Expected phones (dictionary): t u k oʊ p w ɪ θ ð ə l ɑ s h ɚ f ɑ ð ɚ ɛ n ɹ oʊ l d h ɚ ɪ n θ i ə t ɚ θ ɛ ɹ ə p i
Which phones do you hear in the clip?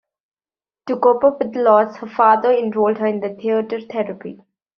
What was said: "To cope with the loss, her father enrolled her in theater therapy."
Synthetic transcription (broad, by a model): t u k oʊ p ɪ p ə l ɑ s h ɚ f ɑ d ɚ ɛ n ɹ oʊ l d h ɚ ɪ n t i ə t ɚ t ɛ ɹ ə p i